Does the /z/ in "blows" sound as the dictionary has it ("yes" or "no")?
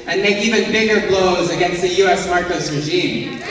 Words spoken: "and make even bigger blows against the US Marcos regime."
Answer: yes